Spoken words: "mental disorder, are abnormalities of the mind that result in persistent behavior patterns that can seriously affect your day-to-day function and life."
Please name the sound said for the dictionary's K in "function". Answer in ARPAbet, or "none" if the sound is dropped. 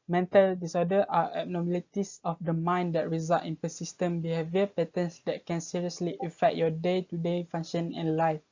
none